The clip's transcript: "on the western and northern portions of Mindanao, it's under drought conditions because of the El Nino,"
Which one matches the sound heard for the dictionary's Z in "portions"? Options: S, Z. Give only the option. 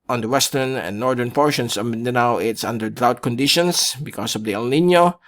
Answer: S